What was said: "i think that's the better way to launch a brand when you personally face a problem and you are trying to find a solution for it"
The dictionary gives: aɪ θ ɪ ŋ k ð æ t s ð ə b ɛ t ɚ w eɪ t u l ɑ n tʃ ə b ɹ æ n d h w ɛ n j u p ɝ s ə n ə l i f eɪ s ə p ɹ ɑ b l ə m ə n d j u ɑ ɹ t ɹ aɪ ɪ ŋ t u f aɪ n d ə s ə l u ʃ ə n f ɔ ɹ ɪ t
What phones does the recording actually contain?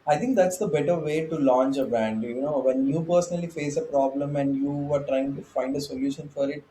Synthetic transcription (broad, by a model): aɪ t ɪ ŋ k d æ t s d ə b ɛ t ɚ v eɪ t u l ɑ n tʃ ə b æ n d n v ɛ n j u p ɝ s ə n ə l i f eɪ s ə p ɹ ɑ b l ə m ə n d j u ɑ ɹ t ɹ aɪ ɪ ŋ t u f aɪ n d ə s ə l u ʃ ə n f ɔ ɹ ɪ t